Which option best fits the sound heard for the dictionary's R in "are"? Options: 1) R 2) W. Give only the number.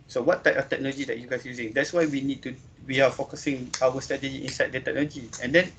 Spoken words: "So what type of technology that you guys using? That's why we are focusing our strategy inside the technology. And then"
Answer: 2